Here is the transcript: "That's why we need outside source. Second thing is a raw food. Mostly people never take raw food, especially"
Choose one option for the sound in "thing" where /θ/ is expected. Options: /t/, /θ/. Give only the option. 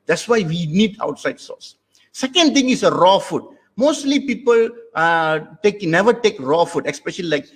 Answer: /t/